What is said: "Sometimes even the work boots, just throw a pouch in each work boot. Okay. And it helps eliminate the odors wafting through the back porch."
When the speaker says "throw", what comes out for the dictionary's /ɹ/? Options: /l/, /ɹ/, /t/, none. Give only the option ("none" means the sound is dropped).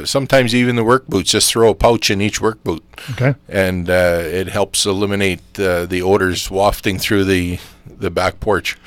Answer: /ɹ/